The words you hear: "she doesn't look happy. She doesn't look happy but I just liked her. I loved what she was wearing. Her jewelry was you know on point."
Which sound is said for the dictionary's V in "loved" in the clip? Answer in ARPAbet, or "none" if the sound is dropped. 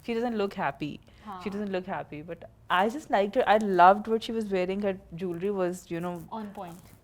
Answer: V